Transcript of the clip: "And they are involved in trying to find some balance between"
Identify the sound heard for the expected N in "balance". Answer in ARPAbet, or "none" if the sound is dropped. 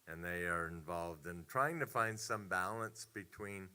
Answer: N